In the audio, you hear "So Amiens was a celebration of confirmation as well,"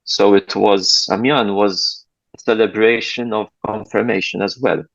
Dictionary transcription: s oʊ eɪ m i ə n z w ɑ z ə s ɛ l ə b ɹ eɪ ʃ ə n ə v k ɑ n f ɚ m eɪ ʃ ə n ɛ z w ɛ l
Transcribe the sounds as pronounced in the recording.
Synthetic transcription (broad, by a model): s oʊ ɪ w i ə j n w ɑ z ə s ɛ l ə b ɹ eɪ ʃ ə n ə v k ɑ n f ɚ m eɪ ʃ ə n ɛ z w ɛ l